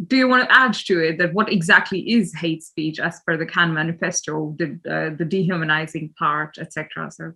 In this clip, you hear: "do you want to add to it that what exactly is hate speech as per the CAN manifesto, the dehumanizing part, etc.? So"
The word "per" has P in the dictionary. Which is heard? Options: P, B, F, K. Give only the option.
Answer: F